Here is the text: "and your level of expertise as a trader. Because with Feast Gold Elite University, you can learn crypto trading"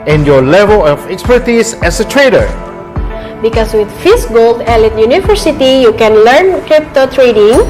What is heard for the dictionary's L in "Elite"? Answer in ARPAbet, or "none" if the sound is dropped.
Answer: L